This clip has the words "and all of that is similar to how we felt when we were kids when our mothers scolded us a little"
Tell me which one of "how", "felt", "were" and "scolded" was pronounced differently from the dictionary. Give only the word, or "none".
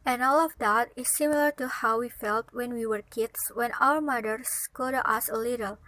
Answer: scolded